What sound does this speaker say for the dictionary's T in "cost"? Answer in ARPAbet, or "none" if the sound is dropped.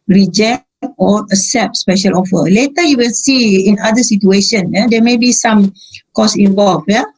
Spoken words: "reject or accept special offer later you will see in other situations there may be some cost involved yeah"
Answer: none